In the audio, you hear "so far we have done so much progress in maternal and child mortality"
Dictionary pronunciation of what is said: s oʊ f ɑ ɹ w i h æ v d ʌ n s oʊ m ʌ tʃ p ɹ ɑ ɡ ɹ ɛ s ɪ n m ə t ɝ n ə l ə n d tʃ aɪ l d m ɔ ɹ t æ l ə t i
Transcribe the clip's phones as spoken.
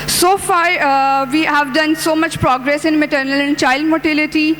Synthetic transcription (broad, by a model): s oʊ f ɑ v i h æ v d ʌ n s oʊ m ʌ tʃ p ɹ ɑ ɡ ɹ ɛ s ɪ n m ə t ɝ n ə l ə n d tʃ aɪ l d m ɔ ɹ t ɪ l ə t i